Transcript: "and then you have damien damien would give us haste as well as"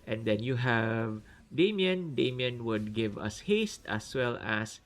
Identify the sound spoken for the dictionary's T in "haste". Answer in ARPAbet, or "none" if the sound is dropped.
T